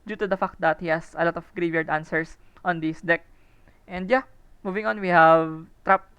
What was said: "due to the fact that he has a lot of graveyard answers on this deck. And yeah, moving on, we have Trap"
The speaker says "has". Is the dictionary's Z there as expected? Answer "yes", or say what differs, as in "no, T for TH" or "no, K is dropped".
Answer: no, S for Z